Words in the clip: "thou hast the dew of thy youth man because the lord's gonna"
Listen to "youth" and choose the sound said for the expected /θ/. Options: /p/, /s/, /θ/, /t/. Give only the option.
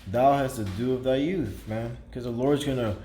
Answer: /θ/